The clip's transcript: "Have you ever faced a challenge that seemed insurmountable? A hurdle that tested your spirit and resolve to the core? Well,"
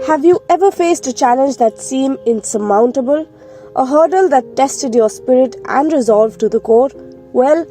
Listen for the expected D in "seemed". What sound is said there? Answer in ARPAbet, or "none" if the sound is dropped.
none